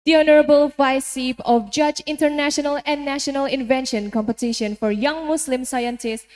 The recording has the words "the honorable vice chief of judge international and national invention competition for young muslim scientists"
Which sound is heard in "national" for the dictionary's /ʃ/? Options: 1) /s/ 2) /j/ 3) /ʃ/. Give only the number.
3